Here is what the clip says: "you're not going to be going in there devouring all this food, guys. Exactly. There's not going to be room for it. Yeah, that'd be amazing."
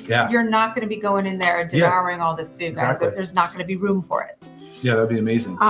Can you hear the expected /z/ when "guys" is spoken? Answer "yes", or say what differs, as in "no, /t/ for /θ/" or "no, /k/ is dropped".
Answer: no, /z/ is dropped